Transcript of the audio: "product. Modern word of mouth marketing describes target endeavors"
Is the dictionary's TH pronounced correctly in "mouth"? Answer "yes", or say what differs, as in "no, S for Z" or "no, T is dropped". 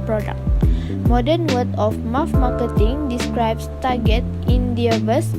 no, F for TH